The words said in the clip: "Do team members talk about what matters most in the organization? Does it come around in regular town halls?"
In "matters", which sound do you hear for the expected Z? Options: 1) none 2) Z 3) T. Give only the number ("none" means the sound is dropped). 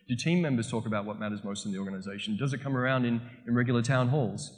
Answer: 2